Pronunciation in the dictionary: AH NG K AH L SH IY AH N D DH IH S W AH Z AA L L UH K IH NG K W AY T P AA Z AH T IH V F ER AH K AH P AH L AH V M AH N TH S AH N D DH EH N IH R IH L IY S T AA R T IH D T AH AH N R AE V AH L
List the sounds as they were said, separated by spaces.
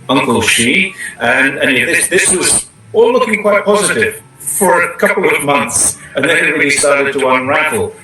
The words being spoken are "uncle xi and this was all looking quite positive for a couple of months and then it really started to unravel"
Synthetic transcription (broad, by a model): AH NG K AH L SH IY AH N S DH IH S W AH Z AA L L UH K IH NG K W AY T P AA Z AH T IH V F ER AH K AH P L AH V M AH N TH S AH N DH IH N IH R IH L IY S T AA R T IH D T AH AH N R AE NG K L